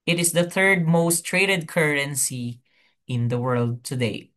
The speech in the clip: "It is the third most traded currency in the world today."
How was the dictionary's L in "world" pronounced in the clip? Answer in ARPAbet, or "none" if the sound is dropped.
L